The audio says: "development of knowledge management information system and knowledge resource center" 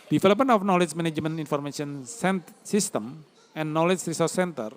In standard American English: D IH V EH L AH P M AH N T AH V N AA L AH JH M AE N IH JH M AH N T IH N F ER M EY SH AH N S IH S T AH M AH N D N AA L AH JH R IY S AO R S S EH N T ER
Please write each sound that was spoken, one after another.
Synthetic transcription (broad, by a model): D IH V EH L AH P M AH N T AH F N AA L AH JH M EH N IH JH M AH N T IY N F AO M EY S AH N S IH S T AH M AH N N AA L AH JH R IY S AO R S S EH N T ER